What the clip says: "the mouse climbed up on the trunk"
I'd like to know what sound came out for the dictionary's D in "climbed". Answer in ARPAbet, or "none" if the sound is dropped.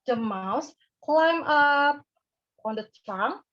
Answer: none